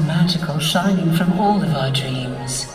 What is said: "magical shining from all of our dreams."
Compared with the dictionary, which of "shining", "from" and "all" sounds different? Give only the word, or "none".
none